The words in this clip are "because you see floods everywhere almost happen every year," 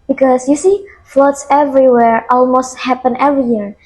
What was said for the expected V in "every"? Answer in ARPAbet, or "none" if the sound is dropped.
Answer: V